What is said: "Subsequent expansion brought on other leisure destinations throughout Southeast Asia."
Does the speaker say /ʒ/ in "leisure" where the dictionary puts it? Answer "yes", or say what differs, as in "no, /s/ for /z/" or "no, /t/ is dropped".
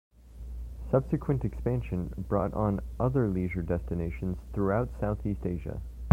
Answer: yes